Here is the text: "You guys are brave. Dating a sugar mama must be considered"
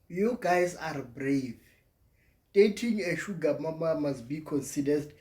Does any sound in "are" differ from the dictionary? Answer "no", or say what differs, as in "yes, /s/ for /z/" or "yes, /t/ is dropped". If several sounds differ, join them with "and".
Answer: no